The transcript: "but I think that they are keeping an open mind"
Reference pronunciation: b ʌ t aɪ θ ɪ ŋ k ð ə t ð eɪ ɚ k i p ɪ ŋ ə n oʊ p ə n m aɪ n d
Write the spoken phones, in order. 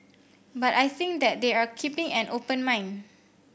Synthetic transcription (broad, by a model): b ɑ t aɪ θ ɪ ŋ k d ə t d eɪ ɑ k i p ɪ ŋ ə n oʊ p ə n m aɪ n